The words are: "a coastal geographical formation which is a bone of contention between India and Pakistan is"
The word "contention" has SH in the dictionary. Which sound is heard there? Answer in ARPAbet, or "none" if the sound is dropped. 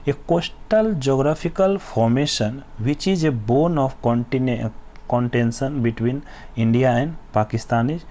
S